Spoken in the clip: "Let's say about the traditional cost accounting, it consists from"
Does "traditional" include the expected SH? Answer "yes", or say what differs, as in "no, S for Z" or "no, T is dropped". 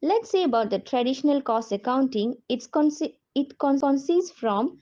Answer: yes